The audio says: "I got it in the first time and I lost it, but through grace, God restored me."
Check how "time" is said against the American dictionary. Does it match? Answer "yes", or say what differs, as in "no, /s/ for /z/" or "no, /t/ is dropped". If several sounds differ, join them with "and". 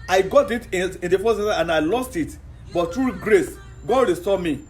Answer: no, /m/ is dropped